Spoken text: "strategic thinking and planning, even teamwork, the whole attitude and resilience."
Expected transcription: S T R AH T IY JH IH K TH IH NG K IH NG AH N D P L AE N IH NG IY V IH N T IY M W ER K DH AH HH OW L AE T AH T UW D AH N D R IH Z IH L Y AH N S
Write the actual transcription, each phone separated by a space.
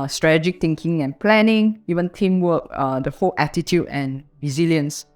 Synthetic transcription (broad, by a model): S T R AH T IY JH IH K T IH NG K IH NG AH N P L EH N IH NG IY V IH N T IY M W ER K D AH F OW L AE T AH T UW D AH N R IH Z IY L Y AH N S